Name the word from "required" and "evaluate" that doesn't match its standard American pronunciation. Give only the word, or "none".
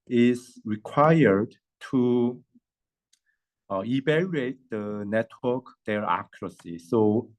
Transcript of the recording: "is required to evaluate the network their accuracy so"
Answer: evaluate